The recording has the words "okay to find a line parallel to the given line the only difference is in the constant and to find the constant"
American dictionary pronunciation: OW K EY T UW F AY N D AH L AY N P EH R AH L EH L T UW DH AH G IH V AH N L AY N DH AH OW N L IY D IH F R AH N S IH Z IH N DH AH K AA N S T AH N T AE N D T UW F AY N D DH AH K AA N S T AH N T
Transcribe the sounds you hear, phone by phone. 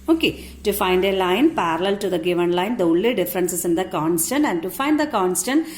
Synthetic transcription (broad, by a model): OW K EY T UW F AY N D AH L AY N P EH R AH L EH L T UW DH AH G IH V AH N L AY N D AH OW L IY D IH F R AH N S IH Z IH N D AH K AA N S T AH N T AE N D T UW F AY N D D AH K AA N S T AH N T